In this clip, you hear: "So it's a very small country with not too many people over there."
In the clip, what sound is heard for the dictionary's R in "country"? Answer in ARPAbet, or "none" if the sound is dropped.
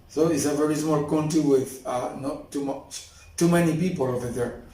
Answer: none